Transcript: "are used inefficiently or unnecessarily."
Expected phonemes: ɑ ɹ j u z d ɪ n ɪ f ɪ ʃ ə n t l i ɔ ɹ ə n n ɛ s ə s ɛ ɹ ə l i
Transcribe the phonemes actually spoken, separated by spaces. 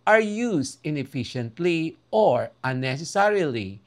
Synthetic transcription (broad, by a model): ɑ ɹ j u s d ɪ n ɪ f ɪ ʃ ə n t l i ɔ ɹ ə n n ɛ s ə s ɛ ɹ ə l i